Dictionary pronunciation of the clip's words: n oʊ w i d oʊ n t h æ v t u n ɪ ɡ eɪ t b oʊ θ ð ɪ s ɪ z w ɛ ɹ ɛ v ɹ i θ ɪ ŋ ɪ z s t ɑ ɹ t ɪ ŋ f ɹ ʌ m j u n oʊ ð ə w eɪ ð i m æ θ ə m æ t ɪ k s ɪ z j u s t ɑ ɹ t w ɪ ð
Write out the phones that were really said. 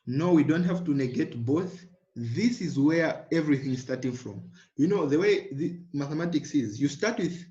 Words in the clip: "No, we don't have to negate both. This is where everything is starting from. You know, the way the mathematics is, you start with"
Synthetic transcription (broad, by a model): n oʊ w i d oʊ n t h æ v t u n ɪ ɡ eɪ t b oʊ θ ð ɪ s ɪ z w ɛ ɹ ɛ v ɹ i θ ɪ ŋ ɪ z s t ɑ ɹ t ɪ ŋ f ɹ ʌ m j u n oʊ ð ə w eɪ ð i m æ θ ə m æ t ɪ k s ɪ z j u s t ɑ ɹ t w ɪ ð